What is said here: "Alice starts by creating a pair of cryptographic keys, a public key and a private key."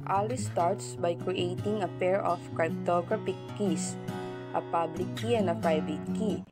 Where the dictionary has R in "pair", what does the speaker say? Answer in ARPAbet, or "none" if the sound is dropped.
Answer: R